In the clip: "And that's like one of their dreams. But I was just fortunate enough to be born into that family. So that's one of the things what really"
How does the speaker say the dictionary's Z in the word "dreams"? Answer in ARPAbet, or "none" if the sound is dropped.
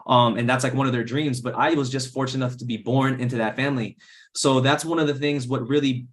Z